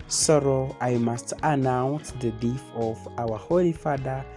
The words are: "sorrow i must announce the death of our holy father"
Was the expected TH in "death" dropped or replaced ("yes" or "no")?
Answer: yes